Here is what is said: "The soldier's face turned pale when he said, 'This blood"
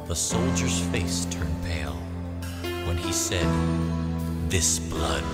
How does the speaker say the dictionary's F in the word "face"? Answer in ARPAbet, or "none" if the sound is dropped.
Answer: F